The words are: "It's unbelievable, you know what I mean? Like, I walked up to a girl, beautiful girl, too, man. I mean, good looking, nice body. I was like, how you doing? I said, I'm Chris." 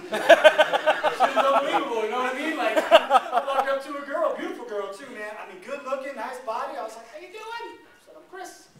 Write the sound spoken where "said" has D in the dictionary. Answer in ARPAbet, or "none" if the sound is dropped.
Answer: none